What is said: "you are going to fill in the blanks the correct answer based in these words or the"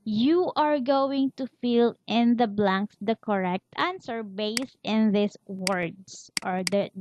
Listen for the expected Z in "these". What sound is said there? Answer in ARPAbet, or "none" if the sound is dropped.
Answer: S